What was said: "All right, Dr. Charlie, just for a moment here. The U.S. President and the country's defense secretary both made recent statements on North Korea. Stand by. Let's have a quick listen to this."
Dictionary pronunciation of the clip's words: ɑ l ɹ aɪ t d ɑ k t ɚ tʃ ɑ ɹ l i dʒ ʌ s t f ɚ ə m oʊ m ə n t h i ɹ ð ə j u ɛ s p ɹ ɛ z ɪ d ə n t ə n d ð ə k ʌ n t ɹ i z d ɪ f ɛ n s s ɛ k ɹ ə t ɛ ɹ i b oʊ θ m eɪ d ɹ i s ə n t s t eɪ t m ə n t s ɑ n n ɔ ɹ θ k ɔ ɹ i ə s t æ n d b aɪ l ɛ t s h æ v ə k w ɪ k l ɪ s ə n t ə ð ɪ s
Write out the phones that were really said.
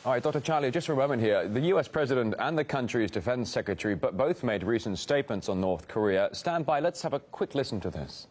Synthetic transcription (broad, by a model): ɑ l ɹ aɪ t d ɑ k t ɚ tʃ ɑ ɹ l i dʒ ʌ s t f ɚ ə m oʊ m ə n h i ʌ ð ə j u ɛ s p ɹ ɛ z ɪ d ə n t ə n ð ə k ʌ n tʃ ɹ i z d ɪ f ɛ n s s ɛ k ɹ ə t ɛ ɹ i b oʊ θ m eɪ d ɹ i s ə n t s t eɪ t m ə n t s n n ɔ ɹ θ k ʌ ɹ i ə s t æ n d b aɪ l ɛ t s h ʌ v ə k w ɪ k l ɪ s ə n t ə ð ɪ s